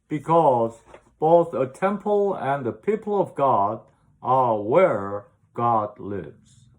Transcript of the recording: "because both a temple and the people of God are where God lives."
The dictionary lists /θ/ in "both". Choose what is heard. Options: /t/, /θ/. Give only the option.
/θ/